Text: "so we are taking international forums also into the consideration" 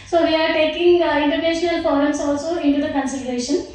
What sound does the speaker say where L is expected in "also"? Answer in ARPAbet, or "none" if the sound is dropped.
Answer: L